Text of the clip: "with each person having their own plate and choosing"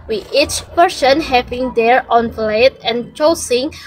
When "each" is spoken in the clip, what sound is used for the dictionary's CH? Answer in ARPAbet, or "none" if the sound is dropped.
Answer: CH